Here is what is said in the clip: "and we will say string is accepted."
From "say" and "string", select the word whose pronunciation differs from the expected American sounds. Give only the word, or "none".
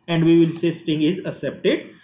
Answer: string